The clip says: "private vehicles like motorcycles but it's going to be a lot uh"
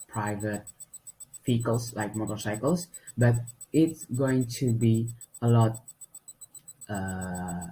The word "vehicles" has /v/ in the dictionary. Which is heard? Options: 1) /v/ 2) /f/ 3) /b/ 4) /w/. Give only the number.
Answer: 2